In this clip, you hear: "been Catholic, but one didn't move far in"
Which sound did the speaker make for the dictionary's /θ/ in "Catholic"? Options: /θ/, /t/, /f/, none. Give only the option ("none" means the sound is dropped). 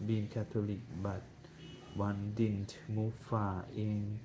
/t/